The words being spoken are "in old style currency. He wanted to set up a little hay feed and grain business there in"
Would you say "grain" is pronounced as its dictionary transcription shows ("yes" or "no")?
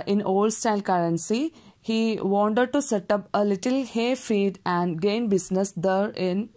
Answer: no